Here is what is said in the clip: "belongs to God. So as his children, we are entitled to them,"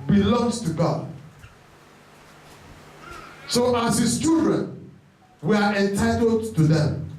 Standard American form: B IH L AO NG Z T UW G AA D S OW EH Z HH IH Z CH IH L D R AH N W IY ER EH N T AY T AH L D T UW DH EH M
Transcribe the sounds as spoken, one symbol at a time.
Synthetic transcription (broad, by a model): B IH L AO NG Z T UW G AA D S OW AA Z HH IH S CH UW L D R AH N W IY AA EH N T AY T AH L D T UW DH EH M